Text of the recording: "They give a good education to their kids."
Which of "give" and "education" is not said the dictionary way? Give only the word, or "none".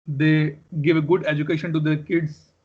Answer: none